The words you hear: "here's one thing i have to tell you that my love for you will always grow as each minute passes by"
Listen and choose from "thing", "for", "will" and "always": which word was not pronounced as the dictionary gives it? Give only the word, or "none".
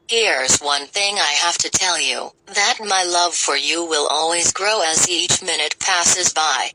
none